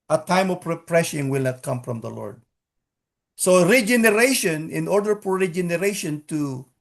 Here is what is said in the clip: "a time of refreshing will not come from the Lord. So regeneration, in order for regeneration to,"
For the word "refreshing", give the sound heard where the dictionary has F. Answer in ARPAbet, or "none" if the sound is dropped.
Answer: P